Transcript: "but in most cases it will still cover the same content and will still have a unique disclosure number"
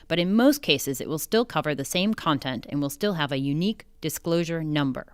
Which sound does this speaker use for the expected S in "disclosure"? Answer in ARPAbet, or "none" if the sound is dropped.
S